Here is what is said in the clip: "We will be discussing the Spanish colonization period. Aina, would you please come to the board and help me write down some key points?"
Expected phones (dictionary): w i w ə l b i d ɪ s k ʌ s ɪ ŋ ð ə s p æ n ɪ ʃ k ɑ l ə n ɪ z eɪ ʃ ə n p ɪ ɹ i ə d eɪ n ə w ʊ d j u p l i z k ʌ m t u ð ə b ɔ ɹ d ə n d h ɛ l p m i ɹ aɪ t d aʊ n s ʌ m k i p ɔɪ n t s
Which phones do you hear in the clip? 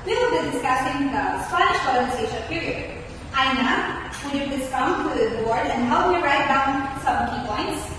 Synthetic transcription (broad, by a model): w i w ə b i d ɪ s k ʌ s ɪ ŋ ð ə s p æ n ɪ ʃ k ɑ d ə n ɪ s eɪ ə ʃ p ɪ ɹ i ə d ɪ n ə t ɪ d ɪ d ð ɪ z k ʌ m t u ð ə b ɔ ɹ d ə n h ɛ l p m i ɹ aɪ t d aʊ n s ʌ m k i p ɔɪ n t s